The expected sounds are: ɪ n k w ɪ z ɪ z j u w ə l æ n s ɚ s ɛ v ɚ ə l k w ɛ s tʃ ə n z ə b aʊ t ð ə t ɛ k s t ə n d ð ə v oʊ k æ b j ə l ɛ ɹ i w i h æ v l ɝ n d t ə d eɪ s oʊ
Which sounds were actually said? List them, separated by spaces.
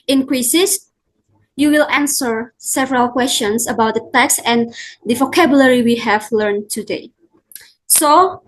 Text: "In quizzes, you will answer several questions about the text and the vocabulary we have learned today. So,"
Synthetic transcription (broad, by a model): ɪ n k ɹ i s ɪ s j u w ə l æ n s ɚ s ɛ v ɚ ə l k w ɛ s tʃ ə n s ə b aʊ t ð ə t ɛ k s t ə n d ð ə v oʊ k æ b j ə l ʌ ɹ i w i h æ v l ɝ n t ə d eɪ s oʊ